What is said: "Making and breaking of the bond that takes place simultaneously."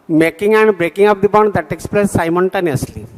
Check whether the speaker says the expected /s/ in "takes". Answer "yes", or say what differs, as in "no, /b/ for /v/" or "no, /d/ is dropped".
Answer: yes